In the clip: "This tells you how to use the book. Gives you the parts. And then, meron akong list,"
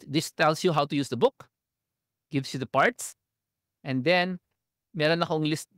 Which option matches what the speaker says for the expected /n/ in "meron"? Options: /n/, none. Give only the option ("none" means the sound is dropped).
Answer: /n/